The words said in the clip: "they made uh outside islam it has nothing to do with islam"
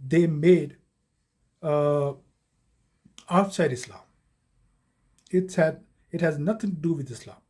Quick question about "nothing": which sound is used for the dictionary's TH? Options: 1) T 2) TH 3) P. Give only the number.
1